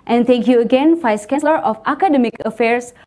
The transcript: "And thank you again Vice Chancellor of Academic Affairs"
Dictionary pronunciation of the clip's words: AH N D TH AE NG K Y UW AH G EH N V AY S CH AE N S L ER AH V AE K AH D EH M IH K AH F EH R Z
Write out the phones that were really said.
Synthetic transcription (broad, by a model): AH N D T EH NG K Y UW AH G EH N F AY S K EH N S L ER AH F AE K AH D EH M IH K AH F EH R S